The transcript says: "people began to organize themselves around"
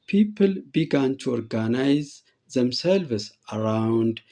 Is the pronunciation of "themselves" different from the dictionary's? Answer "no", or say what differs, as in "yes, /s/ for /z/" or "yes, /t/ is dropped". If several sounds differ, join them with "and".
yes, /s/ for /z/